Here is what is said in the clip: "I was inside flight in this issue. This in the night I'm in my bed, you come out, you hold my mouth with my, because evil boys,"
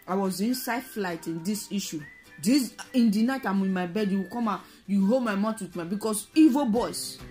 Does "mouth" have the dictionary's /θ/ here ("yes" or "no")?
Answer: no